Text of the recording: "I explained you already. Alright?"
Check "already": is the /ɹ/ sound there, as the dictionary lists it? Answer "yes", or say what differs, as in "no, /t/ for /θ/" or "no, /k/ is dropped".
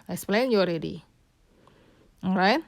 yes